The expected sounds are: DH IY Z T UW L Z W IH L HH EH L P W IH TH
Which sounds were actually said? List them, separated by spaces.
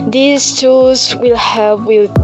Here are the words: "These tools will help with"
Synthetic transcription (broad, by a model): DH IY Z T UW Z W IH L HH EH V W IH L